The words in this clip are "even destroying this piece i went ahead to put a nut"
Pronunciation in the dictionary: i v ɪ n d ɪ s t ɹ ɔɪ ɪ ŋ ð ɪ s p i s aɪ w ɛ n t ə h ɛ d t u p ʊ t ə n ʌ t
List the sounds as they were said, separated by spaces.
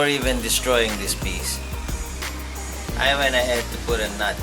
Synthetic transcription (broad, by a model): i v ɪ n d ɪ s t ɹ ɔɪ ɪ ŋ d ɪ s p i s aɪ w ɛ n ə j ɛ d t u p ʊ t ə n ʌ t